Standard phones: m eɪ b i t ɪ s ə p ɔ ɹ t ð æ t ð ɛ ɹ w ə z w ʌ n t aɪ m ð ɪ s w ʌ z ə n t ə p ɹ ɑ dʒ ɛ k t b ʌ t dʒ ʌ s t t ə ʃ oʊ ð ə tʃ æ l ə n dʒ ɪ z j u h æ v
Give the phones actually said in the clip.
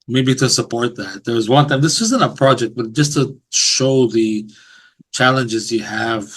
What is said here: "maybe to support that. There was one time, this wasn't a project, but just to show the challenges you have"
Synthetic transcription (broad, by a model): m eɪ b i t ɪ s ə p ɔ ɹ t ð æ t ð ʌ ɹ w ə z w ʌ n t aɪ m ð ɪ s w ʌ z ə n t ə p ɹ ɑ dʒ ɛ k t b ʌ t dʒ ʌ s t t ə ʃ oʊ ð ə tʃ æ l ə n dʒ ɪ z j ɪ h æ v